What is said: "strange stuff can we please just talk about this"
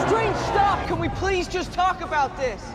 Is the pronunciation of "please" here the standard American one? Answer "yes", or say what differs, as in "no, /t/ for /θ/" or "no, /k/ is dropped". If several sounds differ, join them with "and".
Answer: yes